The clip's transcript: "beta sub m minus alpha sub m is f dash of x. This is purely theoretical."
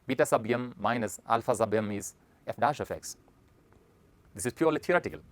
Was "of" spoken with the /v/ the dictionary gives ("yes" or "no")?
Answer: no